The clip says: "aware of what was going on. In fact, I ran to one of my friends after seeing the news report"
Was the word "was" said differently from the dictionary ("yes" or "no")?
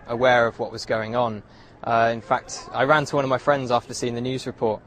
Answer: no